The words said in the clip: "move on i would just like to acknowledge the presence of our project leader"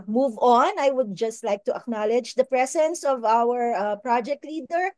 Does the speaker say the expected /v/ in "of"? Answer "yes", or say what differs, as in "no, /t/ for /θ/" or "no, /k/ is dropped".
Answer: yes